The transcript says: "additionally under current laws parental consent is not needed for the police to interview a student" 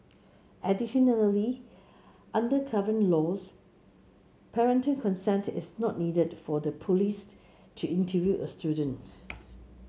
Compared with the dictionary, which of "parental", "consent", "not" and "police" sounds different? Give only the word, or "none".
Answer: parental